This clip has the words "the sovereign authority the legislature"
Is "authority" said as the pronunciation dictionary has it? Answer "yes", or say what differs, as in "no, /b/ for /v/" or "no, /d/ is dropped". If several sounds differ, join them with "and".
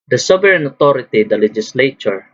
no, /t/ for /θ/